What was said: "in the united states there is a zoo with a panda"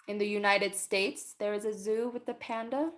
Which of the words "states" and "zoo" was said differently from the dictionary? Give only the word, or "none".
none